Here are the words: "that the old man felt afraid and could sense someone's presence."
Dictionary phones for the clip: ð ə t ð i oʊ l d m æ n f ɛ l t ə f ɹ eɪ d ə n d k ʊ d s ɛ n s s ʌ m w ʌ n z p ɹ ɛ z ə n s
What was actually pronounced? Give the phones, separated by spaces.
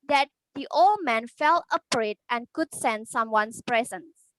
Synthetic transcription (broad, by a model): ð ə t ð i oʊ l d m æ n f ɛ l ə p ɹ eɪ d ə n k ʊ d s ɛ n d s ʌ m w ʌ n s p ɹ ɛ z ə n s